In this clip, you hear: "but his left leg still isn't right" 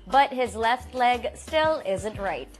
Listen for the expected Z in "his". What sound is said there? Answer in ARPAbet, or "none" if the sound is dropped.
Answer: Z